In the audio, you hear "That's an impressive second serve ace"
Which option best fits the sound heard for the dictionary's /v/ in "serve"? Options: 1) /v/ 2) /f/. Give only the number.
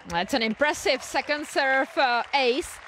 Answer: 2